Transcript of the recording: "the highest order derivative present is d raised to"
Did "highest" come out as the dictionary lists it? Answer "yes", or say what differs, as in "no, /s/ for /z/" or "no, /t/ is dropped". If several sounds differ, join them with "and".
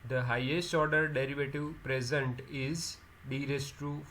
yes